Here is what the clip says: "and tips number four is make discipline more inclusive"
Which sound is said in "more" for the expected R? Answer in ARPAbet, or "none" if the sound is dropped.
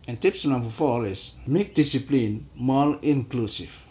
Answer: L